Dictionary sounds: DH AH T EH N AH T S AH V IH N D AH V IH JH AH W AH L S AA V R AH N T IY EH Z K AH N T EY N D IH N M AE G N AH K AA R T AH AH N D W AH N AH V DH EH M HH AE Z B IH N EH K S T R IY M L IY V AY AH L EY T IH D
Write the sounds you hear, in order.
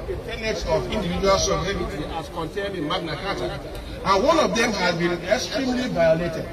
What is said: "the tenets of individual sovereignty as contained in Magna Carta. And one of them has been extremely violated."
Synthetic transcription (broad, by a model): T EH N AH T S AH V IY N D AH V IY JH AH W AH L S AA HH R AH T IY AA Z K AH N T EY N D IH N M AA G N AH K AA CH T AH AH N W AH N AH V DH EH M HH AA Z B IH N EH K S T R IY M L IY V AY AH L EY T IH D